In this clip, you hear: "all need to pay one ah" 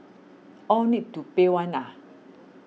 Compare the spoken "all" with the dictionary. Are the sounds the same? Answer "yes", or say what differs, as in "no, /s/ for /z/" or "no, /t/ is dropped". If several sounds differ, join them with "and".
no, /w/ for /l/